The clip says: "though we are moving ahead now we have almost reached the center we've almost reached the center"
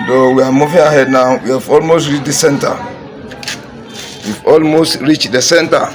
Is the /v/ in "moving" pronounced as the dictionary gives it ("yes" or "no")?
no